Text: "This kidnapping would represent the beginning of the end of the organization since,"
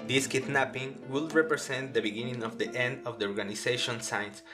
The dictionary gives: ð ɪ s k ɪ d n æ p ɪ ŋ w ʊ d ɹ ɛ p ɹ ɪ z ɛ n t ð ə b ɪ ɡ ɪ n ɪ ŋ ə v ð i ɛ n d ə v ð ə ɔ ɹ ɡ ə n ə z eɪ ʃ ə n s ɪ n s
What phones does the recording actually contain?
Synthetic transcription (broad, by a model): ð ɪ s k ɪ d n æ p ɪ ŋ w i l ɹ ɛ p ɹ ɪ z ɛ n t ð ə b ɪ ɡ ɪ n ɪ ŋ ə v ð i ɛ n d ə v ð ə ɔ ɹ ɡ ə n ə s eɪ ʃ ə n s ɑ n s